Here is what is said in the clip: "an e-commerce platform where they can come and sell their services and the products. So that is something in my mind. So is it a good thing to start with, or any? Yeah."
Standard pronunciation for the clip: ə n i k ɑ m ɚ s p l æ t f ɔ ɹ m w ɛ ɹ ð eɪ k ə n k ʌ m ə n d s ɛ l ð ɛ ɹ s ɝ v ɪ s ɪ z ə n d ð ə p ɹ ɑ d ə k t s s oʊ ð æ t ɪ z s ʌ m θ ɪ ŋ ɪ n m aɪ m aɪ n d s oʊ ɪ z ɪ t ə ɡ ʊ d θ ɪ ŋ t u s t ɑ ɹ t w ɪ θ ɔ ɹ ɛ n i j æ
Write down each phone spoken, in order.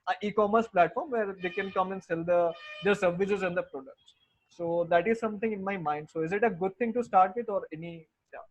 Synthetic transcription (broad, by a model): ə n i k ɑ m ɚ s p l æ t f ɔ ɹ m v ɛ ɹ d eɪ k ə n k ʌ m ə n d s ɛ l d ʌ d s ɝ v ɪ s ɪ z ə n d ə p ɹ ɑ d ə k t s s oʊ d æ t ɪ z s ʌ m t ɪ ŋ ɪ n m aɪ m aɪ n d s oʊ ɪ z ɪ t ə ɡ ʊ d t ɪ ŋ t u s t ɑ ɹ t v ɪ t ɔ ɹ ɛ n i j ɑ